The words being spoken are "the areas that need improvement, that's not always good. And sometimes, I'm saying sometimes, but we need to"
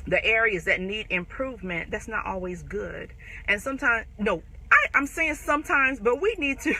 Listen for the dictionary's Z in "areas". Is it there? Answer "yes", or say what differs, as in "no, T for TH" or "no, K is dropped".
yes